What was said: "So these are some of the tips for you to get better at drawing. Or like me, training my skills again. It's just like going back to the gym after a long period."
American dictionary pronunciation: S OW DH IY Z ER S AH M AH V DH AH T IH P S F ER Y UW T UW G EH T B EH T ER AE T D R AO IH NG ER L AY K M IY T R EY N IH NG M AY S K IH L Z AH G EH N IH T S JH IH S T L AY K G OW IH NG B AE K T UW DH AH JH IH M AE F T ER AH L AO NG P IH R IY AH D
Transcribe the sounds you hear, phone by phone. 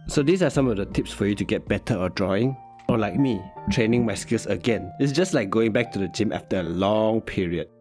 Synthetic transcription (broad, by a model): S OW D IY S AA S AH M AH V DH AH T IH P S F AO Y UW T UW G EH T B EH T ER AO D R AO IH NG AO L AY K M IY T R EY N IH NG M AY S K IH L S AH G EH N IH T S JH IH S T L AY K G OW IH NG B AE K T UW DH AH JH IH M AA F T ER AH L AO NG P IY R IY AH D